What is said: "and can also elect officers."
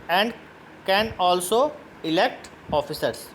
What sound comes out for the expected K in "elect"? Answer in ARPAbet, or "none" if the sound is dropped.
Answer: K